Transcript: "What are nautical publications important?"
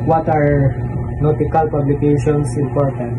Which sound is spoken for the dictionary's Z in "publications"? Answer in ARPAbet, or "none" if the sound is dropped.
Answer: S